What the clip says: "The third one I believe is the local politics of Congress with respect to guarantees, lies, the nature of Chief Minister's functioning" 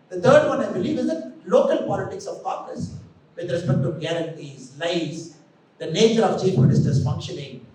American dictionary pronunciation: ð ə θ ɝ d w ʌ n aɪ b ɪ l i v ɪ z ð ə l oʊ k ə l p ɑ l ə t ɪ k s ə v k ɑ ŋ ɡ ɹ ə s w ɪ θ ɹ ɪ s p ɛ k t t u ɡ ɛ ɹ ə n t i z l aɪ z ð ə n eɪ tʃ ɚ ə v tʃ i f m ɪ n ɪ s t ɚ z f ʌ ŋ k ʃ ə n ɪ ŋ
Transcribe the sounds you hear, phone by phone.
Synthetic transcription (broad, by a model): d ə t ɝ d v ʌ n aɪ b ɪ l i v ɪ z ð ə l oʊ k ə l p ɑ l ə t ɪ k s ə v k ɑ ɡ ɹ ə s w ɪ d ɹ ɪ s p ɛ k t t u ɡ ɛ ɹ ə n t i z l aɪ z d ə n eɪ tʃ ɚ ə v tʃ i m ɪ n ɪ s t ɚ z f ʌ ŋ k ʃ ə n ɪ ŋ